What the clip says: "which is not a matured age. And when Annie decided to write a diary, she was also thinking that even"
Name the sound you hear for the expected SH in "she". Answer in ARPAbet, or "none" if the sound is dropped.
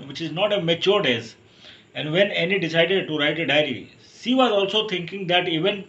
S